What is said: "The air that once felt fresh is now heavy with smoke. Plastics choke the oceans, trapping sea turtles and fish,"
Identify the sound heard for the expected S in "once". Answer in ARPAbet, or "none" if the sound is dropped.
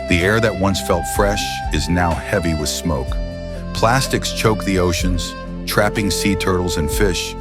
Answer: S